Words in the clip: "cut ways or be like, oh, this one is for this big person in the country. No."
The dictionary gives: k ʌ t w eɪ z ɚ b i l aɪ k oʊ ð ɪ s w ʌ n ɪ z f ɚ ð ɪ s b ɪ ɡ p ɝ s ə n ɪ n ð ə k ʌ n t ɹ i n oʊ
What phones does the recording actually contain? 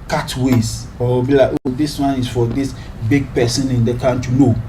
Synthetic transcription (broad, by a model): k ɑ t w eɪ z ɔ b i l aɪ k oʊ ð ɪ s w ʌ n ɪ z f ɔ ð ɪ s b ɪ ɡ p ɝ s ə n ɪ n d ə k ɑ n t i n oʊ